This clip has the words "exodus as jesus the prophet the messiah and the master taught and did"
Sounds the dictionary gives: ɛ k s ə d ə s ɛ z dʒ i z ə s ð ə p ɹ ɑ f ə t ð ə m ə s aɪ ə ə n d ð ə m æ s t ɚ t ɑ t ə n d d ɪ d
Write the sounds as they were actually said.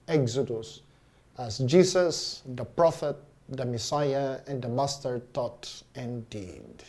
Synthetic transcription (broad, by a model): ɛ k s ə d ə s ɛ s dʒ i s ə s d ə p ɹ ɑ f ə t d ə m ə s aɪ ə ə n d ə m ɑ s t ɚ t ɑ t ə n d d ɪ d